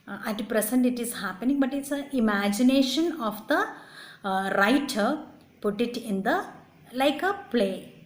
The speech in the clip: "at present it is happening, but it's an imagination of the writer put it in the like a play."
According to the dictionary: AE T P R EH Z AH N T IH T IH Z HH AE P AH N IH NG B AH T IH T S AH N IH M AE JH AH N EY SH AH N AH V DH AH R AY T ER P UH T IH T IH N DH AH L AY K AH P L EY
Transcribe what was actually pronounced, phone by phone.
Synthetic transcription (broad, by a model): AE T P R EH S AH N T IH T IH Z HH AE P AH N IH NG B AH T IH T S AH IH M AE JH AH N EY SH AH N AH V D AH R AY T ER P UH T IH T IH N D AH L AY K AH P L EY